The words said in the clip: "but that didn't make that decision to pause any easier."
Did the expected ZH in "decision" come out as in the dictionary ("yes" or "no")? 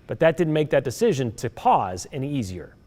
yes